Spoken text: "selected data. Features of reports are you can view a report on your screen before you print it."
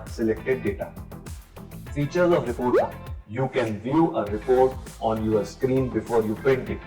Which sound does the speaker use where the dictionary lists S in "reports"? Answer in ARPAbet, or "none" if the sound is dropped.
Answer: none